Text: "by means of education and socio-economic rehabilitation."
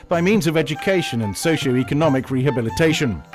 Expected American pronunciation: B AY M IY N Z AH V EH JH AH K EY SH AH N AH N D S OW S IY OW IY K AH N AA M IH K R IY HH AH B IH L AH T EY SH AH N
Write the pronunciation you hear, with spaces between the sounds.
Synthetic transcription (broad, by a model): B AY M IY N Z AH V EH JH AH K EY SH AH N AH N S OW SH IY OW IY K AH N AA M IH K R IY HH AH B IH L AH T EY SH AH N